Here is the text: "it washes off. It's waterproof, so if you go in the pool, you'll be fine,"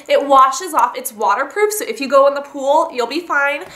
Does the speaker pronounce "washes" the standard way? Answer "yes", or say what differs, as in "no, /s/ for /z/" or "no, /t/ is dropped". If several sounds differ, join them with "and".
yes